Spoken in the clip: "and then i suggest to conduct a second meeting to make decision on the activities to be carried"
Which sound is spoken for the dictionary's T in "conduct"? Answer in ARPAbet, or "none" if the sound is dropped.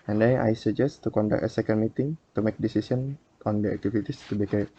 none